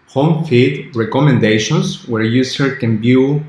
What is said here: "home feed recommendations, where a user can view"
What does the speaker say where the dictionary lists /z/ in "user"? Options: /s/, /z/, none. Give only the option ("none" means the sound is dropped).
/s/